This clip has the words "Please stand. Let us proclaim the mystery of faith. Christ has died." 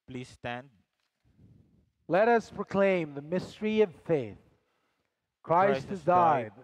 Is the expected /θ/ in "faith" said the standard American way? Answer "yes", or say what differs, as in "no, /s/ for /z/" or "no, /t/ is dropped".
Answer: yes